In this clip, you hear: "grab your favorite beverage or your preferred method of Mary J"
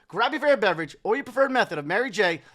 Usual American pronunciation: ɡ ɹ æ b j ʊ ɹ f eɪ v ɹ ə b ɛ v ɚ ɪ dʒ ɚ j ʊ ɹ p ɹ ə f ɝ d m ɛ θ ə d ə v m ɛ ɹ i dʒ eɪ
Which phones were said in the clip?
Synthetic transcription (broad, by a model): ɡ ɹ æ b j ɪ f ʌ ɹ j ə b ɛ v ɚ ɪ dʒ ɚ j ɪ p ɹ ə f ɝ d m ɛ θ ə d ə v m ɛ ɹ i dʒ eɪ